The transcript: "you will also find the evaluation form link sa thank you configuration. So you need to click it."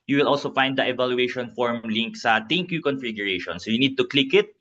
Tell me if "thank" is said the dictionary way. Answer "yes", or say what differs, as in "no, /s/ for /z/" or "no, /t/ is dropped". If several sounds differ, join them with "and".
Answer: no, /t/ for /θ/